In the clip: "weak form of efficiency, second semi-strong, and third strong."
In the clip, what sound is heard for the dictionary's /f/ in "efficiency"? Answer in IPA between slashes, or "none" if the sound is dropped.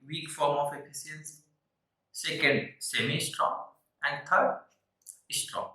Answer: /p/